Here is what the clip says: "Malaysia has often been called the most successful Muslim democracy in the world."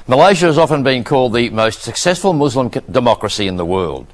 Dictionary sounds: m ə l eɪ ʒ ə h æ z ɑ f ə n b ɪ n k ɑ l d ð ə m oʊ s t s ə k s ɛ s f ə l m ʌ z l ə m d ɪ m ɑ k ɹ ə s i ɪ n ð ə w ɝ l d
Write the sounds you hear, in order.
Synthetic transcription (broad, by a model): m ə l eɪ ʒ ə z ɑ f ə n b ɪ n k ɑ l d ð ə m oʊ s t s ə k s ɛ s f ə l m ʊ z l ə m d ɪ m ɑ k ɹ ə s i ɪ n ð ə w ɝ l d